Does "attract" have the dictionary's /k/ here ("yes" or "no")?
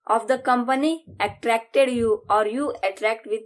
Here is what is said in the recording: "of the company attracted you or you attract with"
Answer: yes